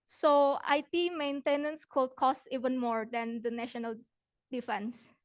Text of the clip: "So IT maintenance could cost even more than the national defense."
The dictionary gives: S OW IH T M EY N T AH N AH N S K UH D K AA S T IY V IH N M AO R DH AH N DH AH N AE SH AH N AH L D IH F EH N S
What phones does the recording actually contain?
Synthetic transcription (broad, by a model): S OW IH T M EY N T AH N AH N S K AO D K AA S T IY V IH N M AO R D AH N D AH N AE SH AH N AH L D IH F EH N S